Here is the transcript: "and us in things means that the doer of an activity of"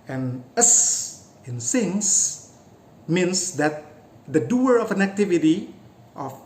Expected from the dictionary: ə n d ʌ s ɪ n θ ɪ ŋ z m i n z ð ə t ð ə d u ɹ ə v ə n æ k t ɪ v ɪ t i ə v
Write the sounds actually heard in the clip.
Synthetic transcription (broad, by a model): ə n ʌ s ɪ n s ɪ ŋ s m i n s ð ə t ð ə d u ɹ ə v ə n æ k t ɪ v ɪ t i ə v